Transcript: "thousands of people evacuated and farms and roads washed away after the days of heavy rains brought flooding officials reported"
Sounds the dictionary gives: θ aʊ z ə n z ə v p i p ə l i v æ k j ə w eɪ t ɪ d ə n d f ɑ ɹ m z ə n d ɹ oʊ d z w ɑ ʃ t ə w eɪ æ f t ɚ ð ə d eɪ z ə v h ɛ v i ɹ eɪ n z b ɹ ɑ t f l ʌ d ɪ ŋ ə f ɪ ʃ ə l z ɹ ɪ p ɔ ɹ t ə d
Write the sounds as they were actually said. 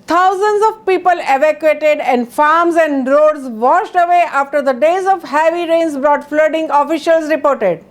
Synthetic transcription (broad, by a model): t aʊ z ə n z ə v p i p ə l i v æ k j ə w eɪ t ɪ d ə n d f ɑ ɹ m z ə n d ɹ oʊ d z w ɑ ʃ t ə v eɪ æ f t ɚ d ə d eɪ z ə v h ɛ v i ɹ eɪ n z b ɹ ɑ t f l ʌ d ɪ ŋ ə f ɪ ʃ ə l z ɹ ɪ p ɔ ɹ t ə d